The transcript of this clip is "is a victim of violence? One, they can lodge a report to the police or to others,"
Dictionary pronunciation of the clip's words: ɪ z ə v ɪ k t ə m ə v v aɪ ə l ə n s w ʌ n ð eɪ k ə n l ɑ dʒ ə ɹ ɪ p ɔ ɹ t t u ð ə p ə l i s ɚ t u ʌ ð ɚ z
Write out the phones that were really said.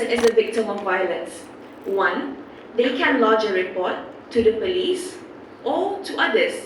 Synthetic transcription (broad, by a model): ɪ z ə v ɪ k t ə m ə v v aɪ ə l ə n s w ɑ n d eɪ k ə n l ɑ dʒ ə ɹ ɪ p ɔ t t u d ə p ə l i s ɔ t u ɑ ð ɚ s